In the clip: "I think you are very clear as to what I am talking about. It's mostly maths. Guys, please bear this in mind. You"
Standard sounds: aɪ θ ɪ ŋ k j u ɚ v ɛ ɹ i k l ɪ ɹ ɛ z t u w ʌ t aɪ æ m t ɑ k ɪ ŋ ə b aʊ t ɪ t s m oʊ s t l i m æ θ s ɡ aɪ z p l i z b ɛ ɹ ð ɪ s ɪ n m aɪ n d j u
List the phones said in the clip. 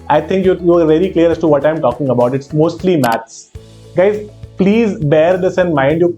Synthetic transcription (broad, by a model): aɪ t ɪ ŋ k j u ɚ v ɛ l i k l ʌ ɹ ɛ s t u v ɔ t aɪ m t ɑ k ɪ ŋ ə b aʊ t ɪ t s m oʊ s t l i m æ t s ɡ aɪ z p l i z b ɛ ɹ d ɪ s ɪ n m aɪ n d j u